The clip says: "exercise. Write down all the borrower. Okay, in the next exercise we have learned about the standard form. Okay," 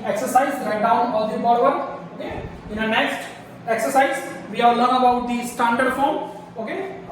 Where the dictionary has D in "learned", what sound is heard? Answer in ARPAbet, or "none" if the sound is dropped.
none